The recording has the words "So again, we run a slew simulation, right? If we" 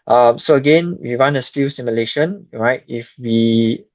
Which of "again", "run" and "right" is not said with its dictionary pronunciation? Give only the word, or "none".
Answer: run